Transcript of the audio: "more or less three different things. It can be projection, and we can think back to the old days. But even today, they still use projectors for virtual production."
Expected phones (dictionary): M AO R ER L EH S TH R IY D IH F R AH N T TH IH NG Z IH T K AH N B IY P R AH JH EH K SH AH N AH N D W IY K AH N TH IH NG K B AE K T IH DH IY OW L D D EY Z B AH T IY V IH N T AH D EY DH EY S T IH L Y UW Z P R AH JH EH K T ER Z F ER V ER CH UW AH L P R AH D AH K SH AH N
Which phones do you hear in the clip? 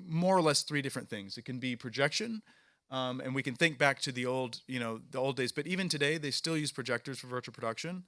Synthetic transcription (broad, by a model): M AO R ER L EH S TH R IY D IH F R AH N TH IH NG Z IH T K AH N B IY P R AH JH EH K SH AH N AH N W IY K AH N TH IH NG K B AE K T IH DH IY OW L D D EY Z B AH T IY V IH N T AH D EY DH EY S T IH L Y UW Z P R AH JH EH K T ER Z F ER V ER CH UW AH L P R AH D AH K SH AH N